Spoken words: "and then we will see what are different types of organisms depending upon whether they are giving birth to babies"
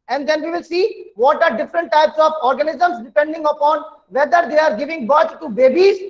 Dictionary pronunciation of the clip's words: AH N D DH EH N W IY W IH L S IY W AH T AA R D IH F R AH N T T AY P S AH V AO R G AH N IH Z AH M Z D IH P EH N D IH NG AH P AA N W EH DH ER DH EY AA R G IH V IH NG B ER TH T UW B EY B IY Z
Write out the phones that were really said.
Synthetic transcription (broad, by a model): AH N D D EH N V IY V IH L S IY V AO T AA R D IH F R AH N T T AY P S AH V AO R G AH N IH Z AH M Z D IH P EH N D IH NG AH P AA N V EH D ER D EY AA R G IH V IH NG B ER T T UW B EY B IY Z